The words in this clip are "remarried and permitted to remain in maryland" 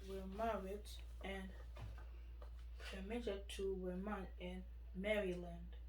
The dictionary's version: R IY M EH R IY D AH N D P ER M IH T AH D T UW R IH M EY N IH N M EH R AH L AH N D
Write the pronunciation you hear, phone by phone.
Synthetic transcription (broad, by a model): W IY M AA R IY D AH N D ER M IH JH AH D T UW W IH M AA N IH N M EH R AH L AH N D